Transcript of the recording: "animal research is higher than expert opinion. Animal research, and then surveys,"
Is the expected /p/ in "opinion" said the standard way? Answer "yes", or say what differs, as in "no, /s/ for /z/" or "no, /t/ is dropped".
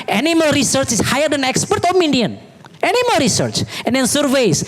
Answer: no, /f/ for /p/